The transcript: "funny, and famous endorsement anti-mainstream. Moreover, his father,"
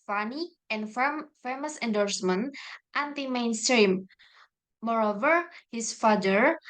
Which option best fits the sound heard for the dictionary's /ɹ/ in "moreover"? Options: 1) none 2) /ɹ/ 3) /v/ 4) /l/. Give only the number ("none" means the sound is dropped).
2